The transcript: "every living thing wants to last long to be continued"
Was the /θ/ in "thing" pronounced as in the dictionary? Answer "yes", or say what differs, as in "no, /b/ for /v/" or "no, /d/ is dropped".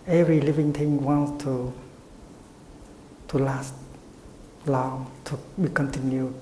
no, /t/ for /θ/